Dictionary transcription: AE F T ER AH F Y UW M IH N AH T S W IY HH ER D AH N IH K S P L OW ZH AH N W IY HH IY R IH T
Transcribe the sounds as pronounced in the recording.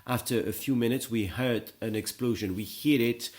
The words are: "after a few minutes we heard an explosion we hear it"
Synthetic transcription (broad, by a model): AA F T ER AH F Y UW M IH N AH T S W IY HH ER D AH N IH K S P L OW ZH AH N W IY HH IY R IH T